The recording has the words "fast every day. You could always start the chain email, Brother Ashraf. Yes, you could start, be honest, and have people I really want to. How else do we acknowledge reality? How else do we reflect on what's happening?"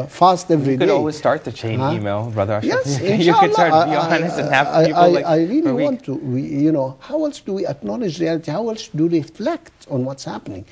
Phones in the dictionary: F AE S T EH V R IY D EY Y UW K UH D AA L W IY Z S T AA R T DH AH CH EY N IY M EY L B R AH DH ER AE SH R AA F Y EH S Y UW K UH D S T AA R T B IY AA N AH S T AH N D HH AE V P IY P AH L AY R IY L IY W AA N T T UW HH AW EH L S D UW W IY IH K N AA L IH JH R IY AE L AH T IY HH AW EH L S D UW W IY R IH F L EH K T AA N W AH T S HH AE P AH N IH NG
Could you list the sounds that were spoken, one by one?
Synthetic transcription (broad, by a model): F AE S T EH V R IY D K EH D AA L W IY Z S T AA R T DH AH CH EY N IY M EY L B R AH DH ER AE R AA Y EH S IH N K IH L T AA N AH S AH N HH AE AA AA AH AY R IY L IY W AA N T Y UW HH AW EH L S D UW W IY IH K N AA L IH JH R IY AE L AH T IY HH AW EH L S D UW R IH F L EH K T AA N W AH T S HH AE P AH N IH NG